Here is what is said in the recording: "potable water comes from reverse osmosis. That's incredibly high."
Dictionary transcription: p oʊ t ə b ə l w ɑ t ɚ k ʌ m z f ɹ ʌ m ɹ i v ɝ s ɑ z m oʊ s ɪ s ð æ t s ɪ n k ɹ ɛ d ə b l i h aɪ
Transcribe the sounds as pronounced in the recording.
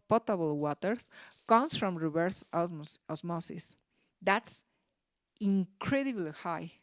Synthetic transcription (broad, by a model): p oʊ t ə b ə l w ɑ t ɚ k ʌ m s f ɹ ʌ m ɹ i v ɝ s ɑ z m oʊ s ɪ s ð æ t s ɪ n k ɹ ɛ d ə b l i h aɪ